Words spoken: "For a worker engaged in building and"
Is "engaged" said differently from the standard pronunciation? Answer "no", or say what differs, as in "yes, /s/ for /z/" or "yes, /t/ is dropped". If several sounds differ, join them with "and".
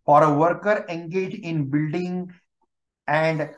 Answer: yes, /d/ is dropped